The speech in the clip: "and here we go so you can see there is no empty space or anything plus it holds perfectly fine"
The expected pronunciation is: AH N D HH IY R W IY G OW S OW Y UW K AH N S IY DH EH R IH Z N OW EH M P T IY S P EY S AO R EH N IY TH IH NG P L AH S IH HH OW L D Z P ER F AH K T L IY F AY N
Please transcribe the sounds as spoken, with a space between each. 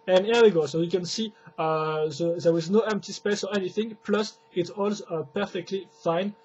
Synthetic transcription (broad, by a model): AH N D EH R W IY G OW S OW Y UW K AH N S IY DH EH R IH Z N OW EH M P T IY S P EY S AO R EH N IY TH IH NG P L AH S IH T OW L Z P ER F AH K T L IY F AY N